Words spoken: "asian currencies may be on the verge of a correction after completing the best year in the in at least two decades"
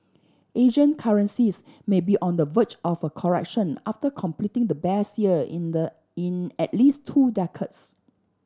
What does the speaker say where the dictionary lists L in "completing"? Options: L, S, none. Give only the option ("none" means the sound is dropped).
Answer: L